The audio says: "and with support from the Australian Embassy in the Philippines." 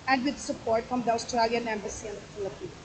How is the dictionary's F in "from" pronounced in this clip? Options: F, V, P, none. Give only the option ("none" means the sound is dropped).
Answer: F